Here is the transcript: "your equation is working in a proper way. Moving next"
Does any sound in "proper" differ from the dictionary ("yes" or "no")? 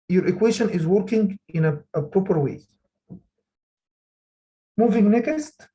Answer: no